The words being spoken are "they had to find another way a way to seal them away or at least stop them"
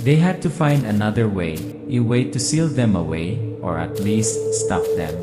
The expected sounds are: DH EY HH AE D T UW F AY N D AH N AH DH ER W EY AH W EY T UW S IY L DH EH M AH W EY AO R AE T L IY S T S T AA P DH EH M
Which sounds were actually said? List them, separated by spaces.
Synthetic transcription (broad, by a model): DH EY HH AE D T UW F AY N D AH N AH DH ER W EY AH W EY T UW S IY L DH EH M AH W EY AO R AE T L IY S T S T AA F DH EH M